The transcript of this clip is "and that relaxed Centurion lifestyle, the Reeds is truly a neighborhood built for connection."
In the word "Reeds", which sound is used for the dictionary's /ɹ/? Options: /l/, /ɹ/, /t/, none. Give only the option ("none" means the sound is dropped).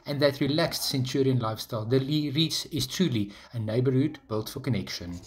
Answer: /l/